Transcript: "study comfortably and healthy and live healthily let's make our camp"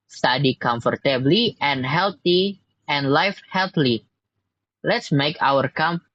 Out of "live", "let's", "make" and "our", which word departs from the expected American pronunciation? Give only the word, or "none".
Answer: live